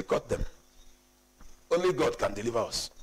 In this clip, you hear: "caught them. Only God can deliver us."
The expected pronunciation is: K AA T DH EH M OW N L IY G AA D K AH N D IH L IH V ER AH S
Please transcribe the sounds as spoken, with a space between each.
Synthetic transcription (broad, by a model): K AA T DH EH M OW N L IY G AA D K AH N D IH L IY V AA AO S